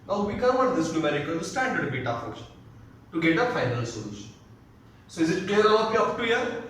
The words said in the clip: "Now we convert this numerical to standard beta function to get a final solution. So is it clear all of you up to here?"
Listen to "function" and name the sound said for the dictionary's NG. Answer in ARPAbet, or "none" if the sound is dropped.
none